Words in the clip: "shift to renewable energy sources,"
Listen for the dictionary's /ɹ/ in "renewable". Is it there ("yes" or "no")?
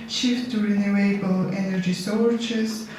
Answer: yes